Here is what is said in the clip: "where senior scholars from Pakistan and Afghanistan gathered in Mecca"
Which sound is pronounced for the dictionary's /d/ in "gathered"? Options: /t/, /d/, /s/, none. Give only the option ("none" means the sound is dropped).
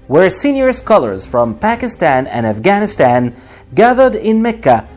/d/